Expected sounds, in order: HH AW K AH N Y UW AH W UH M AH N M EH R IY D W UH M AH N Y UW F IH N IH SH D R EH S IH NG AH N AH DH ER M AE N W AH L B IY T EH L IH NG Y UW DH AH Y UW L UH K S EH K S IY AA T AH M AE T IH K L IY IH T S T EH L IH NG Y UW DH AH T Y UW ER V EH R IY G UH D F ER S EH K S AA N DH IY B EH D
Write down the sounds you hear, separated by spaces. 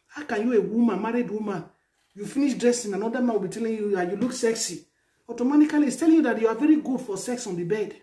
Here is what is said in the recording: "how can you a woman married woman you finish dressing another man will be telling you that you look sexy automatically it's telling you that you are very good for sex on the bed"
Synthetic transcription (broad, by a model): HH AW K AH N Y UW AH W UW M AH N M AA R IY D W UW M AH N Y UW F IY N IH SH D R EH S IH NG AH N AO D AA M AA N W AH L B IY T EH L IH NG Y UW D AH Y UW L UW K S EH K S IY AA T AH M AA T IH K L IY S T EH L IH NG Y UW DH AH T Y UW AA V EH R IY G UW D F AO S EH K S AA N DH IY B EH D